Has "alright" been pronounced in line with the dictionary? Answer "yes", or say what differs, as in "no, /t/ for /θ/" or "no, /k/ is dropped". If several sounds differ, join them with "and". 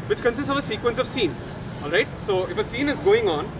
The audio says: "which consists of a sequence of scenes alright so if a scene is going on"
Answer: yes